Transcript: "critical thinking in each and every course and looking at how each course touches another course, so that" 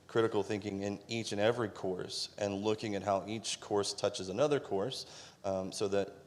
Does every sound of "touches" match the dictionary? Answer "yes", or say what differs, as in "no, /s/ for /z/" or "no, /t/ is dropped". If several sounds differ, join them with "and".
yes